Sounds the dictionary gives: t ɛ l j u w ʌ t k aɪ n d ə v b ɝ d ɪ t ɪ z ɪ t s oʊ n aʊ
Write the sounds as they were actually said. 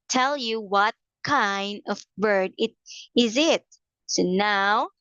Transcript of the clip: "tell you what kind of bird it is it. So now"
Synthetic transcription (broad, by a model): t ɛ l j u w ʌ t k aɪ n d ə v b ɝ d ɪ t ɪ z ɪ t s oʊ n aʊ